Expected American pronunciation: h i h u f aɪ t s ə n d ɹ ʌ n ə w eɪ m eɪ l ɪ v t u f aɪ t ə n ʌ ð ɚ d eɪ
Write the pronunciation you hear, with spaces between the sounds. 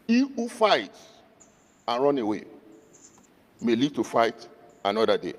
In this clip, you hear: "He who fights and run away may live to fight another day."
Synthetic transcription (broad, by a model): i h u f aɪ t ə n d ɹ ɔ n ə w eɪ m eɪ l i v t u f aɪ t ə n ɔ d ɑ d eɪ